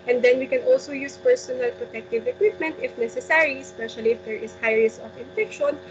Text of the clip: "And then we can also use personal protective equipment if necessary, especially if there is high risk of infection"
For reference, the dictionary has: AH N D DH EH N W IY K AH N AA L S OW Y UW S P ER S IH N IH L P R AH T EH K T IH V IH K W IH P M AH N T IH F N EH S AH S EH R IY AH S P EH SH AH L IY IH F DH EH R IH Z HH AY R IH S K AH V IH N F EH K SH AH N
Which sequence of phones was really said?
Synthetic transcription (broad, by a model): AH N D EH N W IY K AH N AA L S OW Y UW S P ER S IH N IH L P R AH T EH K T IH V IH K W IH P M AH N T IH F N EH S AH S EH R IY S P EH SH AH L IY IH F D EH R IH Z HH AY R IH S AH F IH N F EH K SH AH N